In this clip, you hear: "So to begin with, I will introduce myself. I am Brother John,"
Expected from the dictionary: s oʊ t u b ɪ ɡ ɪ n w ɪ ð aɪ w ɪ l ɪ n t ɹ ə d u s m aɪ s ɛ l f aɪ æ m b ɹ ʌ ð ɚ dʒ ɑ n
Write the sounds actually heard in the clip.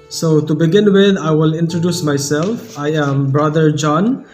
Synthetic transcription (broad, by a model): s oʊ t u b ɪ ɡ ɪ n w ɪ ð aɪ w ɪ l ɪ n t ɹ ə d u s m aɪ s ɛ l f aɪ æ m b ɹ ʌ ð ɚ dʒ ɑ n